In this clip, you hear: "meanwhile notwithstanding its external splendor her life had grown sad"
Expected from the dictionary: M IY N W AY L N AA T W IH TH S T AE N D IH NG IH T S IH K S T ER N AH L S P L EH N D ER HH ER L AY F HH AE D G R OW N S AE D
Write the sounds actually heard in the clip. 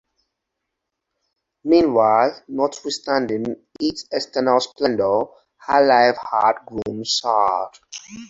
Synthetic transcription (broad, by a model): M IY N W AY L N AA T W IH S T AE N D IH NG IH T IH S T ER N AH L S P L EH N D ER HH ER L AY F HH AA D G R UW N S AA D